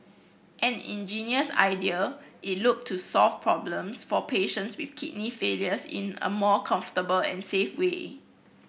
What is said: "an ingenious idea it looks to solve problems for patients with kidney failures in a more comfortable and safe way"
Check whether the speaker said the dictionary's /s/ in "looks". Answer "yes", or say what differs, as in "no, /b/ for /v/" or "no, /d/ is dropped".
no, /s/ is dropped